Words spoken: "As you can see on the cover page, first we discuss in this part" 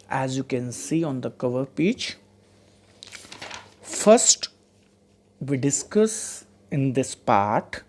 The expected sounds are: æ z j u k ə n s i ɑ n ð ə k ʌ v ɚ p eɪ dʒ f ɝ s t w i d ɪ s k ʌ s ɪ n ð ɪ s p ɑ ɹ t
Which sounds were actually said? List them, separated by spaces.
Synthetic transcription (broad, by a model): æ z j u k ə n s i ɑ n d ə k ʌ v ɚ p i tʃ f ɝ s t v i d ɪ s k ʌ s ɪ n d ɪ s p ɑ ɹ t